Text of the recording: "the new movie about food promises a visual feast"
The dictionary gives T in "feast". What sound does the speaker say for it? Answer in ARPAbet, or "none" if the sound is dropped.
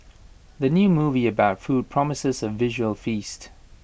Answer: T